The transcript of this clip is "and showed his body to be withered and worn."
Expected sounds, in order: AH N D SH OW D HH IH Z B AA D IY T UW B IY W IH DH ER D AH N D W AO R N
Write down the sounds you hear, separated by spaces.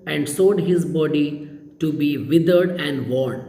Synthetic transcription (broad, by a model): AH N D S OW D HH IH Z B AA D IY T UW B IY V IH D ER D AH N D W AO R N